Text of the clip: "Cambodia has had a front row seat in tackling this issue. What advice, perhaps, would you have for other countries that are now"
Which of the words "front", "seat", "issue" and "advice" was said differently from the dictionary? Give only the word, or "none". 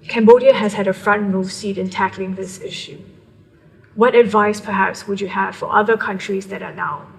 none